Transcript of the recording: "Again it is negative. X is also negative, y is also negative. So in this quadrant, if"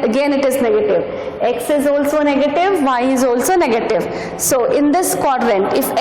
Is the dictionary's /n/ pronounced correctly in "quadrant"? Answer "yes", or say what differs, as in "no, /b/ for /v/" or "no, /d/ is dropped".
yes